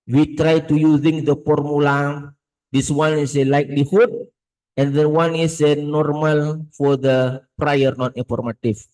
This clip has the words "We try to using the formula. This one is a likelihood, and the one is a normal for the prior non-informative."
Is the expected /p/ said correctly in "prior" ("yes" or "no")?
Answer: yes